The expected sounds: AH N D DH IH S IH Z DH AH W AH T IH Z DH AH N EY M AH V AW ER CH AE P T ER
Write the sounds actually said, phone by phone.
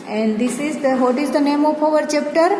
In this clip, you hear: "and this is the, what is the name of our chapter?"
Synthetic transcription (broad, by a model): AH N D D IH S IH Z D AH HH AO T IH Z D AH N EY M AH P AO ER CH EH P T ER